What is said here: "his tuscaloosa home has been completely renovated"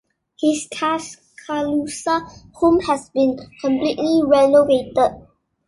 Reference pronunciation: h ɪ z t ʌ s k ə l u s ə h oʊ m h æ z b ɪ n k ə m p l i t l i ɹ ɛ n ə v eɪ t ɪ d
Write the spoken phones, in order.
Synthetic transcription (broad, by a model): h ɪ s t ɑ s k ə l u s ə h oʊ m h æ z b ɪ n k ə m p l i t l i ɹ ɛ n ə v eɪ t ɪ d